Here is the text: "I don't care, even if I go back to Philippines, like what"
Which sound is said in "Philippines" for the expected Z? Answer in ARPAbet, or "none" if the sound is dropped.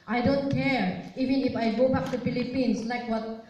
S